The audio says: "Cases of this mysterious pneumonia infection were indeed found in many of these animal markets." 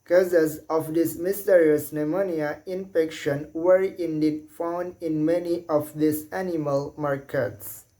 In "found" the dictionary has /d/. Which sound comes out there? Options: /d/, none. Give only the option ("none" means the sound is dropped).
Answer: /d/